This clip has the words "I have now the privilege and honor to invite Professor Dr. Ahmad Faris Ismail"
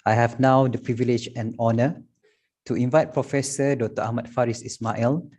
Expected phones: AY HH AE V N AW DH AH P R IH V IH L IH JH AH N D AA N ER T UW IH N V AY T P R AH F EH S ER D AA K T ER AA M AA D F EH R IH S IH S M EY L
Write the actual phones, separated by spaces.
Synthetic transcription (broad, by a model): AY HH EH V N AW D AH P R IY V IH L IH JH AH N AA N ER T UW IH N V AY T P R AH F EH S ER D AA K T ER AA M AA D F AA R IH S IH S M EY L